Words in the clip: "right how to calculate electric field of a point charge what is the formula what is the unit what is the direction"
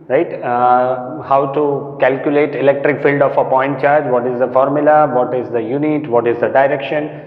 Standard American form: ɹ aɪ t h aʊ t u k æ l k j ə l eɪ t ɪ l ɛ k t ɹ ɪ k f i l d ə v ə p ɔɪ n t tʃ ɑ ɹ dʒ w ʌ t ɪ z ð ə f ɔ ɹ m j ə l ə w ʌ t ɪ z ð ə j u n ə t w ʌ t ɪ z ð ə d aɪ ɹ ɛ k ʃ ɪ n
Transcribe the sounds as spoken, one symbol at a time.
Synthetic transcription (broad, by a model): ɹ aɪ t h aʊ t u k æ l k j ə l eɪ t ɪ l ɛ k t ɹ ɪ k f i l d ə f ə p ɔɪ n t tʃ ɑ ɹ dʒ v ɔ t ɪ z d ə f ɔ ɹ m j ə l ə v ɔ t ɪ z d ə j u n ə t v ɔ t ɪ z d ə d aɪ ɹ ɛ k ʃ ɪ n